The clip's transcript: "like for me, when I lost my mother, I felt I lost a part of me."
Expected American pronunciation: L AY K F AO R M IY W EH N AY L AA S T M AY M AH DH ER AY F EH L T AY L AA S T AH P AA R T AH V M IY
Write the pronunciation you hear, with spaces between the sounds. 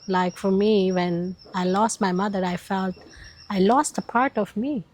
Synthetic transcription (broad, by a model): L AY K F AO R M IY W EH N AY L AA S T M AY M AH DH ER AY F EH L T AY L AA S T AH P AA R T AH V M IY